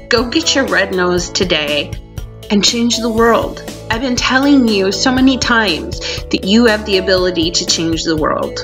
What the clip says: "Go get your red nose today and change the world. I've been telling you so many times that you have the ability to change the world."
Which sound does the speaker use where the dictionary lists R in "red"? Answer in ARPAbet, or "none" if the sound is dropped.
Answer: R